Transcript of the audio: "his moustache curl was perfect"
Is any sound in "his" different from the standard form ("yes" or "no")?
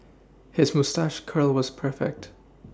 no